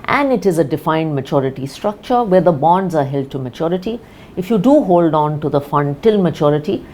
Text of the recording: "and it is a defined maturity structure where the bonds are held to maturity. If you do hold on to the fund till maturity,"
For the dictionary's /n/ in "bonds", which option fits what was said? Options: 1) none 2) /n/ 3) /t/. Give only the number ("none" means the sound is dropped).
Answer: 2